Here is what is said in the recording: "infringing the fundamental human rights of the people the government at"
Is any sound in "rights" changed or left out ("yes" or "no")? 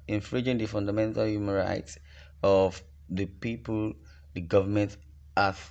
no